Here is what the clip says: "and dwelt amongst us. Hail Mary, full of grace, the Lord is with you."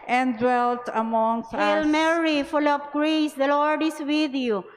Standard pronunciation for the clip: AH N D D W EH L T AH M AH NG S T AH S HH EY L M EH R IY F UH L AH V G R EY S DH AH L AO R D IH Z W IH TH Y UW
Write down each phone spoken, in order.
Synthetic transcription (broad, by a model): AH N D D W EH L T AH M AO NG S IH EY L M EH R IY F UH L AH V G R EY S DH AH L AO R D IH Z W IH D Y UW